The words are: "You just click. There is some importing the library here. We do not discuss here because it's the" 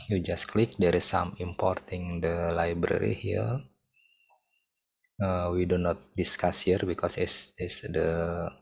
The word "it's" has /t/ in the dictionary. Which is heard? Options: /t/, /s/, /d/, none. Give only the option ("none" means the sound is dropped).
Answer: /s/